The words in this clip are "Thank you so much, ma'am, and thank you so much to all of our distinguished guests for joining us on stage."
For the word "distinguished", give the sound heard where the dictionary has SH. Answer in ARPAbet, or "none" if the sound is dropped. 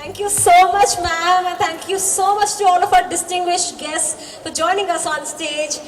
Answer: SH